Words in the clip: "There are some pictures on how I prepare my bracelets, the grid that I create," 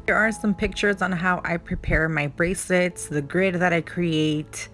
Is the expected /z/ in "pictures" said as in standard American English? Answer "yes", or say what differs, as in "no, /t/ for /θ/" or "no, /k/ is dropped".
yes